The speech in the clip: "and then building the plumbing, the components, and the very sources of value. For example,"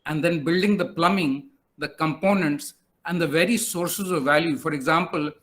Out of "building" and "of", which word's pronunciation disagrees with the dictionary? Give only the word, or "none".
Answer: none